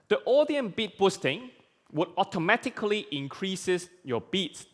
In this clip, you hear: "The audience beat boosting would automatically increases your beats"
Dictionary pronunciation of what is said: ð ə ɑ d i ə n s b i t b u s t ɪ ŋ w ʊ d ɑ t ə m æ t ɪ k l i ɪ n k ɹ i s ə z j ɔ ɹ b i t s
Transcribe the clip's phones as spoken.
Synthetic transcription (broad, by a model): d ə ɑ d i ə n b i t b u s t ɪ ŋ w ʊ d ɑ t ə m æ t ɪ k l i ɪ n k ɹ i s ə s j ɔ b i t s